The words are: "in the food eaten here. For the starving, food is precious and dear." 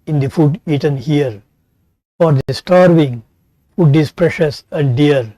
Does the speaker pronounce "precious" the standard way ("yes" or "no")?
yes